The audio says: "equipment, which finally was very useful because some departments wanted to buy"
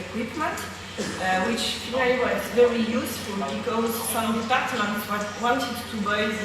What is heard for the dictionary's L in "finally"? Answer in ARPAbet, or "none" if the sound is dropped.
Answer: none